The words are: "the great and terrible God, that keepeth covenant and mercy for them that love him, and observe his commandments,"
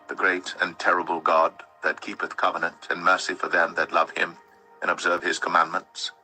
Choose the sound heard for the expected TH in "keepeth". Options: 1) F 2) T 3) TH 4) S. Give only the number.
3